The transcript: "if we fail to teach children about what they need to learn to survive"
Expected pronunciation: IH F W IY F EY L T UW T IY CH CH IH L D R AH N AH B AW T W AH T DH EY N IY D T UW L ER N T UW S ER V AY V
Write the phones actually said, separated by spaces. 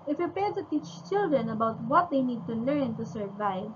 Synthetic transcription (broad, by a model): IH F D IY P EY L T UW T IY CH CH IH L D R AH N AH B AW T W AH T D EY N IY D T UW L ER N T UW S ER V AY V